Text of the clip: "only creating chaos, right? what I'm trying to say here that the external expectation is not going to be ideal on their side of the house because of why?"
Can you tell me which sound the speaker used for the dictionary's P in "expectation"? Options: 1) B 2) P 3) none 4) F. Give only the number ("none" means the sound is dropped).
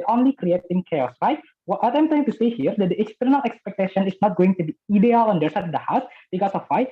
2